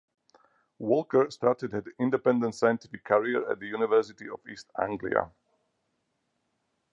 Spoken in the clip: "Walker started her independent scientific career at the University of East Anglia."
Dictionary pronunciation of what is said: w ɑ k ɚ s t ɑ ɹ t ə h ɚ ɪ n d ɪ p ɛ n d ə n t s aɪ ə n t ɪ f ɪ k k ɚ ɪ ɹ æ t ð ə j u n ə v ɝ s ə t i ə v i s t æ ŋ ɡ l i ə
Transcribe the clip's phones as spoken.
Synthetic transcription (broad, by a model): w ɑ k ɚ s t ɑ ɹ t ə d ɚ ɪ n d ɪ p ɛ n d ə n t s aɪ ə n t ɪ f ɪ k k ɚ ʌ ɹ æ t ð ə j u n ə v ɝ s ə t i ə v i s t æ ŋ ɡ l i ə